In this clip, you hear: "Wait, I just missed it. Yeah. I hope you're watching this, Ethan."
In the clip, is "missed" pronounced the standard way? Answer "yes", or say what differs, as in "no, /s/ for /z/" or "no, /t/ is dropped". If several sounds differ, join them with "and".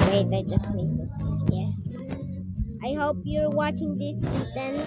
no, /t/ is dropped